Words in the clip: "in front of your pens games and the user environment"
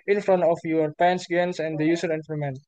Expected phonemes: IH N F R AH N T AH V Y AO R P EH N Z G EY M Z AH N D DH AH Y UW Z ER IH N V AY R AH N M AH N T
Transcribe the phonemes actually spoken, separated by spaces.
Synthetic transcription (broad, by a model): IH N F R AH N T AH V Y AO R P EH N S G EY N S AH N D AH Y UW S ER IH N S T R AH M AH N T